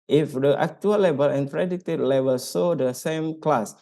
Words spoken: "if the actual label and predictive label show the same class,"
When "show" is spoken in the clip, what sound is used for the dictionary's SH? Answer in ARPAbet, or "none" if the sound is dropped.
S